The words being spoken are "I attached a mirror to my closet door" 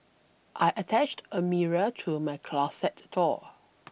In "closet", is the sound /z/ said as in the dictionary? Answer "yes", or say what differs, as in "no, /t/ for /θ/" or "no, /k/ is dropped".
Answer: no, /s/ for /z/